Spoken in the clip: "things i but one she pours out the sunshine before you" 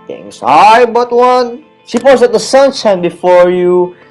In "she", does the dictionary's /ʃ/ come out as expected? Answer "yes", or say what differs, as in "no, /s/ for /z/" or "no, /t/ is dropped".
no, /s/ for /ʃ/